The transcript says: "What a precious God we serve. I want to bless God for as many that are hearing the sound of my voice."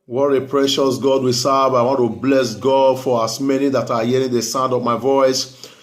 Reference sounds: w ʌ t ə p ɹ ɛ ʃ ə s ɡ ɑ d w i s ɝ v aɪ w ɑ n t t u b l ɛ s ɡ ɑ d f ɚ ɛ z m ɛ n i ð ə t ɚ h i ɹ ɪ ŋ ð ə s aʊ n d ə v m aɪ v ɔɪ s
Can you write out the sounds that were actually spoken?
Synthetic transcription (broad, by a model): w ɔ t ə p ɹ ɛ ʃ ə s ɡ ɑ d w i s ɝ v aɪ w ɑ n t t u b l ɛ s ɡ ɑ d f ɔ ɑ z m ɛ n i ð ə t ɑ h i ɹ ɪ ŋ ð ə s aʊ n d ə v m aɪ v ɔɪ s